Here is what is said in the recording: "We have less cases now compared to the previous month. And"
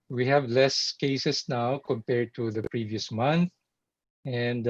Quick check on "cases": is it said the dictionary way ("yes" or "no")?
no